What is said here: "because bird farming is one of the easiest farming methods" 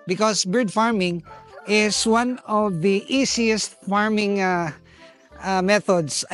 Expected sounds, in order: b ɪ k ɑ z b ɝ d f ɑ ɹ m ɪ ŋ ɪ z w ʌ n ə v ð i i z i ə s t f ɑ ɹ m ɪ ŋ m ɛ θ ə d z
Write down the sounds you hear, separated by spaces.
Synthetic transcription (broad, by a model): b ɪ k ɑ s b ɝ d f ɑ ɹ m ɪ ŋ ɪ s w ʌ n ə v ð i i s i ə s t f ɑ ɹ m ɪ ŋ m ɛ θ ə d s